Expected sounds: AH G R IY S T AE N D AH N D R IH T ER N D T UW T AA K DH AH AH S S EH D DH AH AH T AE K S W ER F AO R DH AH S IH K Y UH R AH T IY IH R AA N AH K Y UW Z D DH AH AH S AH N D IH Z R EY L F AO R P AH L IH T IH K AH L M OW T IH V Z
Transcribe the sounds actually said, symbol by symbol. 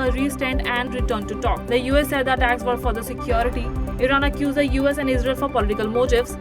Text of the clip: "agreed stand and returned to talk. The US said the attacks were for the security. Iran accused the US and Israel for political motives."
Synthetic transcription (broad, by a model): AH R IY S T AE N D AH N D R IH T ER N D T UW T AA K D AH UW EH S EH D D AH AH T AE K S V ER F AO R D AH S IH K Y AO R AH T IY IH R AA N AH K Y UW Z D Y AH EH S AH N D IH Z R EY L F AO R P AH L IH T IH K AH L M OW T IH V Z